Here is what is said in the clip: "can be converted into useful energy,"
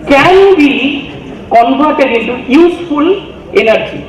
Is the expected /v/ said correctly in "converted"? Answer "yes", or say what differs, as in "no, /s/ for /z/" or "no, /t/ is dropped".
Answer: no, /b/ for /v/